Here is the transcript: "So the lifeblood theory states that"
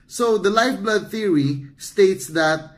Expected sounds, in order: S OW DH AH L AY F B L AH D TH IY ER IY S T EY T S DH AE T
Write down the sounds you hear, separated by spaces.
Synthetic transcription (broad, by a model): S OW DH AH L AY F B L AH D TH IY ER IY S T EY T S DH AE T